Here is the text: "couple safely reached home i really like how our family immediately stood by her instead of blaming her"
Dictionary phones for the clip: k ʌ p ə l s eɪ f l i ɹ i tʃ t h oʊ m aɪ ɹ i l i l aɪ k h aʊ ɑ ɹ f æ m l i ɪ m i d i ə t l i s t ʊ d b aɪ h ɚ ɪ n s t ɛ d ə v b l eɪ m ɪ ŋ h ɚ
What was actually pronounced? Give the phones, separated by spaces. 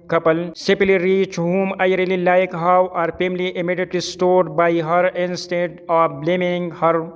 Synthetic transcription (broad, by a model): k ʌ p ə l s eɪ p l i ɹ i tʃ h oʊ m aɪ ɹ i l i l aɪ k h aʊ ɑ ɹ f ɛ m l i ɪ m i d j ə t l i s t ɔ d b aɪ h ɚ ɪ n s t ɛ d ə b l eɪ m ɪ ŋ h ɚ